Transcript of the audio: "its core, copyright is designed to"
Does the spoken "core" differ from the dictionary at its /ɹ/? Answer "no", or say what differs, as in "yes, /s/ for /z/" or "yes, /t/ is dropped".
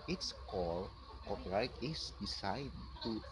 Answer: yes, /l/ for /ɹ/